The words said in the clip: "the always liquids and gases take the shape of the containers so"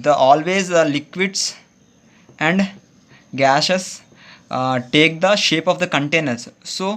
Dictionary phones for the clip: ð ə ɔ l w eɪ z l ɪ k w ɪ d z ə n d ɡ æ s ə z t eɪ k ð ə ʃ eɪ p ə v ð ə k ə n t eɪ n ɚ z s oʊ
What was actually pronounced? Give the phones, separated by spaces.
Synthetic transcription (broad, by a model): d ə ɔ l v eɪ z l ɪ k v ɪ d s ə n d ɡ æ ʃ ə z t eɪ k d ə ʃ eɪ p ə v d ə k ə n t eɪ n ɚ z s oʊ